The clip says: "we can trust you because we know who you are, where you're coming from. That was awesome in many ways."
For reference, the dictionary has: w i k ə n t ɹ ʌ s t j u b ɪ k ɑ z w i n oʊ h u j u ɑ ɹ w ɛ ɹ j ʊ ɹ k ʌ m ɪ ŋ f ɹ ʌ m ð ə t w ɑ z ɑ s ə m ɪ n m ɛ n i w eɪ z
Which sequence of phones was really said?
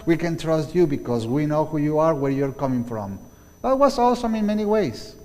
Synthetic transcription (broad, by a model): w i k ə n t ɹ ʌ s t j u b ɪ k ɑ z w i n oʊ h u j u ɑ ɹ w ɛ ɹ j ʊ ɹ k ʌ m ɪ ŋ f ɹ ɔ m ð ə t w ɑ s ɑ s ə m ɪ n m ɛ n i w eɪ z